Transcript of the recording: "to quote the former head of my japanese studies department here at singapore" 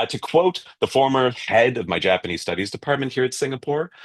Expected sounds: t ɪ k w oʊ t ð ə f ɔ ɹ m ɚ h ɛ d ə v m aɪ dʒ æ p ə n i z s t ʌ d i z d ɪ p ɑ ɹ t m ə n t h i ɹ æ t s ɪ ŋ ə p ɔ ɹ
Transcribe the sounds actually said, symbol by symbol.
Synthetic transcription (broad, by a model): t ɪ k w oʊ t ð ə f ɔ ɹ m ɚ h ɛ d ə v m aɪ dʒ æ p ə n i z s t ʌ d i z d ɪ p ɑ ɹ t m ə n t h i ɹ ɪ t s ɪ ŋ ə p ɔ ɹ